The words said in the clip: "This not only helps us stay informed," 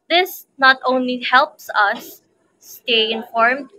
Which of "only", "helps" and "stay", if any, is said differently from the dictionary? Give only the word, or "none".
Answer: none